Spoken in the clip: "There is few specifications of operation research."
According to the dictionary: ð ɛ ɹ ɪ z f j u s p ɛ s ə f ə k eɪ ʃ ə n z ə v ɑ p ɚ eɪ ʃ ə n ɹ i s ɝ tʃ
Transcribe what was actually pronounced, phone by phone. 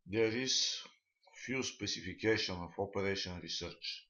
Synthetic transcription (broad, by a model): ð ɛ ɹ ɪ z f j u s p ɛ s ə f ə k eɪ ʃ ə n ə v ɑ p ɚ eɪ ʃ ə n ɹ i s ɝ tʃ